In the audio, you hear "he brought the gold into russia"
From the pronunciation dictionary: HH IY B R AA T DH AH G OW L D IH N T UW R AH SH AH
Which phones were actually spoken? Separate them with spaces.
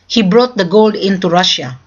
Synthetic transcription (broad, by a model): HH IY B R AA T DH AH G OW L D IH N T UW R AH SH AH